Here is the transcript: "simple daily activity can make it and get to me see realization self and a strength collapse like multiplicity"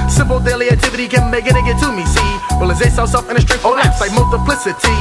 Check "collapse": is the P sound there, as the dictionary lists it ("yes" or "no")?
no